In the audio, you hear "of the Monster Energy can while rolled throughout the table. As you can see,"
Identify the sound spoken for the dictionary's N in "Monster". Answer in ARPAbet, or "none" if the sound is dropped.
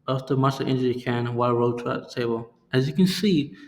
none